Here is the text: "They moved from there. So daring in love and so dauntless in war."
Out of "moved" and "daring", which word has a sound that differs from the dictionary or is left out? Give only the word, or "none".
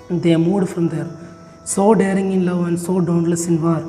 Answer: moved